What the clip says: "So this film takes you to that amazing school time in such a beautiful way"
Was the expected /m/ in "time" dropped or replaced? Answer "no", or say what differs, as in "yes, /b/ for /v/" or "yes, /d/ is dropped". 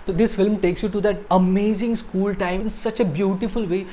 yes, /m/ is dropped